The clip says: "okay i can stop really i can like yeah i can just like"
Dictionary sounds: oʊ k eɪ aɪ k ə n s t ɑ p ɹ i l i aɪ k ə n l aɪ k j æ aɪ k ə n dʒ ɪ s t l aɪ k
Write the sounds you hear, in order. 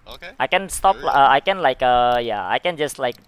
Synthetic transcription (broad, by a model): aɪ k ə n s t ɑ p l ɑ i aɪ k ə n l aɪ k j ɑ aɪ k ə n dʒ ɪ s t l aɪ k